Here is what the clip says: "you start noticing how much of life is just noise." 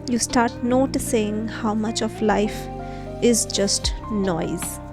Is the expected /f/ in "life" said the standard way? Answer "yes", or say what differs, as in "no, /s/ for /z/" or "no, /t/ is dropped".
yes